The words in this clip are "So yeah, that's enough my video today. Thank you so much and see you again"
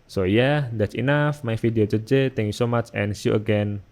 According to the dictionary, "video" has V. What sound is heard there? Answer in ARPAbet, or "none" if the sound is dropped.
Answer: F